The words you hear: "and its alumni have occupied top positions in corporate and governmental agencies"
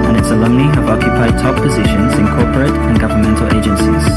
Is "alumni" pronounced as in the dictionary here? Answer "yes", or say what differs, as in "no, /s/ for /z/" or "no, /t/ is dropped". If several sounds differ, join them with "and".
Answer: no, /m/ is dropped